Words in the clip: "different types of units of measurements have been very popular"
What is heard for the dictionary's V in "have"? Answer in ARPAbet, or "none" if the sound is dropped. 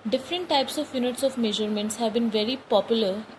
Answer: V